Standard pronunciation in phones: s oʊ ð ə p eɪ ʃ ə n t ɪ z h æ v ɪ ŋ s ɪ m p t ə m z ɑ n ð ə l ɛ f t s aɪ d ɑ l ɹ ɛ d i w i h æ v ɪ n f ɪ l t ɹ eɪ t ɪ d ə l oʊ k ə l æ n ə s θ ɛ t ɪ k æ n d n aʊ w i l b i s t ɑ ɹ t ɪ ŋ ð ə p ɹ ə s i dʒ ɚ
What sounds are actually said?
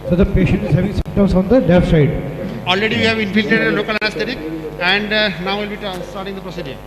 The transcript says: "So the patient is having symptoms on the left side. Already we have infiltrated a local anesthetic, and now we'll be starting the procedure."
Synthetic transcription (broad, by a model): s oʊ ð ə p eɪ ʃ ə n t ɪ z h æ v ɪ ŋ s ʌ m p t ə m s ɑ n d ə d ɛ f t s aɪ d ɑ l ɹ ɛ d i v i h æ v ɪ n f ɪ l t eɪ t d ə l oʊ k ə l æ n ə s t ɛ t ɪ k æ n d n aʊ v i l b i s t ɑ ɹ t ɪ ŋ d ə p ɹ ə s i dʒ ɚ